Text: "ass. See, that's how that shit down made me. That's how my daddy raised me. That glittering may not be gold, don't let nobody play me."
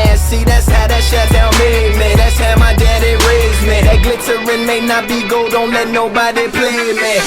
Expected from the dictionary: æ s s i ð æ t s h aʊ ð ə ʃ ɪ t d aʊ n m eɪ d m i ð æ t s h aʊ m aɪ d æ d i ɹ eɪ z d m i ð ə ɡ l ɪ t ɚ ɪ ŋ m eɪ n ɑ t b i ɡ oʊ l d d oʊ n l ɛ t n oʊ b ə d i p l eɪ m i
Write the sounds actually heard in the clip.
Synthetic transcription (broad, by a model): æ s s i ð æ t s h aʊ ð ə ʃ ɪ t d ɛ l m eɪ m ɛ ð æ t s h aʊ m aɪ d æ d i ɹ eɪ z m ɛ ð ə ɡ l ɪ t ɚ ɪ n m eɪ n ɑ t b i ɡ oʊ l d d oʊ n l ɛ t n oʊ b ə d i p l eɪ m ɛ